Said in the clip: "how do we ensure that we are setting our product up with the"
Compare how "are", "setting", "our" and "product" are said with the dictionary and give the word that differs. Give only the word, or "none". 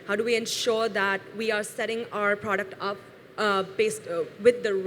none